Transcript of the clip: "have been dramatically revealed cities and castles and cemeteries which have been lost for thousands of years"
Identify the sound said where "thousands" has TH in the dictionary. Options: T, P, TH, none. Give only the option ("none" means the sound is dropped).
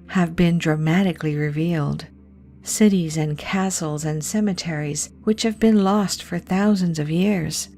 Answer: TH